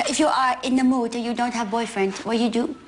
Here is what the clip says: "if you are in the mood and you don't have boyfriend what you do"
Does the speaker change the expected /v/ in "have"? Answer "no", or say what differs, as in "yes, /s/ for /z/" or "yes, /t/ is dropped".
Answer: no